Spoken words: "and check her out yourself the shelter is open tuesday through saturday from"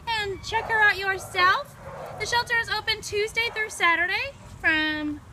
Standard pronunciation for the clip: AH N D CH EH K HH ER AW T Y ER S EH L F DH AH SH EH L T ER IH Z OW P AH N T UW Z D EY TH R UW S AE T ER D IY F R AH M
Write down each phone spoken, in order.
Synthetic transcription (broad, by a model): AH N CH EH K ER AW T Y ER S EH L F DH AH SH EH L T ER IH Z OW P AH N T UW Z D EY TH R UW S AE T ER D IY F R AH M